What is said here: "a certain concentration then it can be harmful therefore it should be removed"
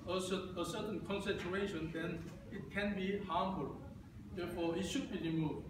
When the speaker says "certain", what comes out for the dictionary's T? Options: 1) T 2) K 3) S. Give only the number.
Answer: 3